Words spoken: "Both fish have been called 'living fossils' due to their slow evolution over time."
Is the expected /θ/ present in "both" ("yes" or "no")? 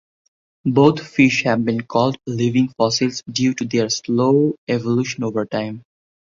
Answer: no